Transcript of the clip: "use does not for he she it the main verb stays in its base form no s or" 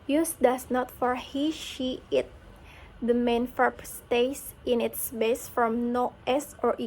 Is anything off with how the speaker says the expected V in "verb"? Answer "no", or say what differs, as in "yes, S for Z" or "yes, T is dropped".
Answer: yes, F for V